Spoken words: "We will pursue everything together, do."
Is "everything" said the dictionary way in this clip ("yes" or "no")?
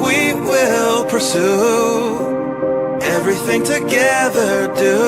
yes